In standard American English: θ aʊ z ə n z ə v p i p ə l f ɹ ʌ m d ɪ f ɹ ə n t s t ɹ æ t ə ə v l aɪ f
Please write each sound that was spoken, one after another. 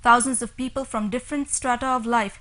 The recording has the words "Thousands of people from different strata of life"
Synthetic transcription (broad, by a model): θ aʊ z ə n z ə v p i p ə l f ɹ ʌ m d ɪ f ɹ ə n t s t ɹ æ t ə ə v l aɪ f